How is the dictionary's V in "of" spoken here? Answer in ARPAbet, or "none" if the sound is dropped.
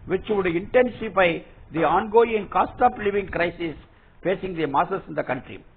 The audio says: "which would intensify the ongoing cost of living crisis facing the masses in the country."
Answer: P